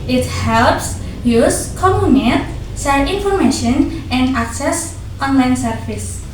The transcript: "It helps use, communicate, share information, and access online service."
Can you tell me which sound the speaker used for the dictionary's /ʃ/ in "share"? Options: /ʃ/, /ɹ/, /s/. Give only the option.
/s/